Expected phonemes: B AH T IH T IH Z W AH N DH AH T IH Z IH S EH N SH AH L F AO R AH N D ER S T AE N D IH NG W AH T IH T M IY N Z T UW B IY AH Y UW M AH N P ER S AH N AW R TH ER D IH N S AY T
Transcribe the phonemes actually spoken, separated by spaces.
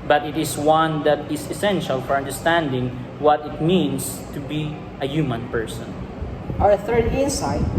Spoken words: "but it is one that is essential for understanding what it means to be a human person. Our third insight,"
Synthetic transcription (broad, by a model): B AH T IH T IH S W AH N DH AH T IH S IH S EH N SH AH L F AO R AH N D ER S T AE N D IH NG W AH T IH T M IY N S T UW B IY AH Y UW M AH N P ER S AH N AW R TH ER D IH N S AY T